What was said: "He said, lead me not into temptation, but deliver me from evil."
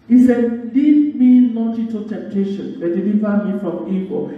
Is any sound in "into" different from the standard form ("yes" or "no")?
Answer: yes